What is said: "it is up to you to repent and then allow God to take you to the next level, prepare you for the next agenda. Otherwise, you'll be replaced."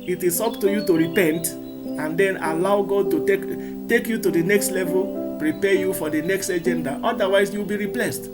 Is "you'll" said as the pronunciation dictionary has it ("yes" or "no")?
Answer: no